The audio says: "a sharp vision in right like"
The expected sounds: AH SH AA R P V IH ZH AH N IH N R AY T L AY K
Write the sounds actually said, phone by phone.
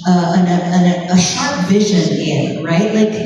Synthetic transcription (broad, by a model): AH SH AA R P V IH ZH AH N IH N R AY T L AY K